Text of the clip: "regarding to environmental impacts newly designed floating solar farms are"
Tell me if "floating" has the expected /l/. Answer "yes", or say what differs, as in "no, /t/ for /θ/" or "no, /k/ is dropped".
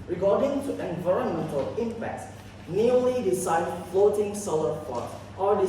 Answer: yes